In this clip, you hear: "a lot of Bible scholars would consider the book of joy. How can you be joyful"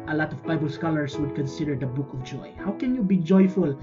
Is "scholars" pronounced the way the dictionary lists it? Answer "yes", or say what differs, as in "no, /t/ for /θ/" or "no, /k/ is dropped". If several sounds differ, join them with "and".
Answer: no, /s/ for /z/